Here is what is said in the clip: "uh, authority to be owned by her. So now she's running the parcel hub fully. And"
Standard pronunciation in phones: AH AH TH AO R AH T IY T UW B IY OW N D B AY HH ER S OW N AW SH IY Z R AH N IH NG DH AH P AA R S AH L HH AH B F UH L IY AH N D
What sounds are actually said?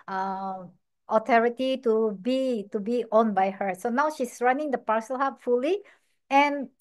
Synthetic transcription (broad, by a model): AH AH T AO R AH T IY T UW B IY OW N B AY HH ER S OW N AW SH IY S R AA N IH NG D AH P AA R S AH L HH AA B F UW L IY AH N